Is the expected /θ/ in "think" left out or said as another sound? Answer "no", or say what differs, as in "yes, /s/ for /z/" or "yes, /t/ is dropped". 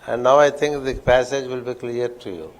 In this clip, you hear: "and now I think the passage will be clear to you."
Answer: yes, /t/ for /θ/